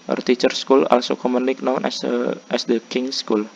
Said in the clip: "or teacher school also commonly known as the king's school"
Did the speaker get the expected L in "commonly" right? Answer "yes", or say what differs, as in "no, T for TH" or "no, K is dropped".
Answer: no, N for L